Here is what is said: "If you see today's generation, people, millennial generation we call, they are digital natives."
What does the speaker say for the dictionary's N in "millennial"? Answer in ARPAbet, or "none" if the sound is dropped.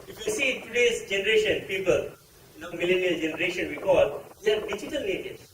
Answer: N